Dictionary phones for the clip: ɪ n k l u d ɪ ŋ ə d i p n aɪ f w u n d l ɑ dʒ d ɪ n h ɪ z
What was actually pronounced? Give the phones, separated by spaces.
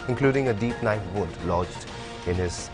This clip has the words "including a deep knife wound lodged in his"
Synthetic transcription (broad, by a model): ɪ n k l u d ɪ ŋ ə d i p n aɪ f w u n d l ɑ dʒ d ɪ n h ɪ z